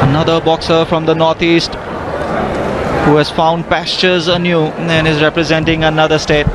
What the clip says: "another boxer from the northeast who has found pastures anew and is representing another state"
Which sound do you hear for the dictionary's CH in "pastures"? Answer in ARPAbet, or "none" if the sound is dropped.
CH